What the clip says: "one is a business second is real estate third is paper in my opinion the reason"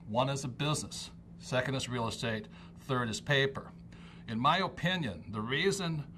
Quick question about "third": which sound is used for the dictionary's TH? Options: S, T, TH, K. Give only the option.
TH